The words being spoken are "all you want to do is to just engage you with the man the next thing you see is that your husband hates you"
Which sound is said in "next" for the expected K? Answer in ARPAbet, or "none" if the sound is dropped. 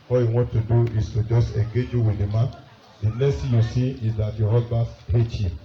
none